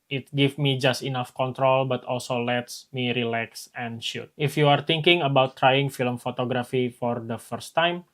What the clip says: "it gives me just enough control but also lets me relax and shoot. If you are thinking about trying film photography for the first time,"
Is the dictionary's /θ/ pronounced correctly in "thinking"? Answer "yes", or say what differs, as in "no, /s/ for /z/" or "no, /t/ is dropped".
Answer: no, /t/ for /θ/